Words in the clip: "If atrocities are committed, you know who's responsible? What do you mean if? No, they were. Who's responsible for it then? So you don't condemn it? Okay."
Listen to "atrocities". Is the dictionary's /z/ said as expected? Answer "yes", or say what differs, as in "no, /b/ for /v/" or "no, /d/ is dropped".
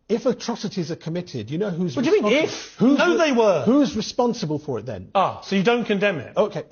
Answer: yes